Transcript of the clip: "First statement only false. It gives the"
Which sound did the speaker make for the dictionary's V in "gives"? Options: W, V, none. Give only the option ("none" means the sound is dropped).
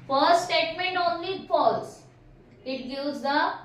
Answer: none